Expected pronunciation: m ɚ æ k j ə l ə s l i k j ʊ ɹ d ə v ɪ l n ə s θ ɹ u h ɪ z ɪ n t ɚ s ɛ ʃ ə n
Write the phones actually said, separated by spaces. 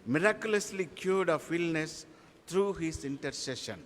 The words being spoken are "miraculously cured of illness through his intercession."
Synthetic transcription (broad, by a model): m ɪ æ k j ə l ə s l i k j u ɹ d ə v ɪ l n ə s t ɹ u h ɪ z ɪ n t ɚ s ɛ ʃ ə n